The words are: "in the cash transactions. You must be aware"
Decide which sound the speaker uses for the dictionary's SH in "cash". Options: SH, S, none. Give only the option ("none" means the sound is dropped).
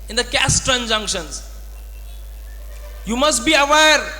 S